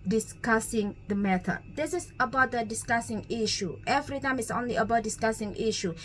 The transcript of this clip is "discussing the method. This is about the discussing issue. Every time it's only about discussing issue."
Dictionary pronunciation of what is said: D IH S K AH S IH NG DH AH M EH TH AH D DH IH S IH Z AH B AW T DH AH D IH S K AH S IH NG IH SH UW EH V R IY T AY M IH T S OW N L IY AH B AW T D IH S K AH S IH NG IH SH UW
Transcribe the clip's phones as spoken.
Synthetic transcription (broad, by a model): D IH S K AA S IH NG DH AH M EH T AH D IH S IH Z AH B AW T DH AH D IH S K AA S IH NG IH SH UW EH V R IY T AY M IH T S OW N L IY AH B AW T D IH S K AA S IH NG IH SH UW